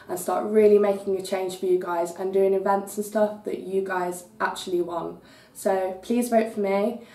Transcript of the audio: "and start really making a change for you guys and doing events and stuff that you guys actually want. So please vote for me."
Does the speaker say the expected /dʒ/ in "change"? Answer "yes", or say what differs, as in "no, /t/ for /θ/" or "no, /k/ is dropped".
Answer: no, /ʒ/ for /dʒ/